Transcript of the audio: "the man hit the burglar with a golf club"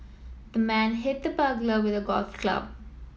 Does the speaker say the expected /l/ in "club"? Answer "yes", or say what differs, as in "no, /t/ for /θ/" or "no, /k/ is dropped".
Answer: yes